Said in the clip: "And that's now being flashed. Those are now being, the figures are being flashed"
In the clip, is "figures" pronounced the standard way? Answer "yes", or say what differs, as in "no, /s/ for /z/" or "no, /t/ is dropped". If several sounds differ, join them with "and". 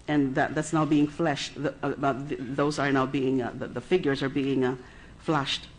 yes